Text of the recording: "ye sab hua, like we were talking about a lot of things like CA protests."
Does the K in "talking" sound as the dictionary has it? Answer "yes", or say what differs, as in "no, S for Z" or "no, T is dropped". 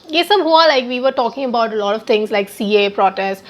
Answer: yes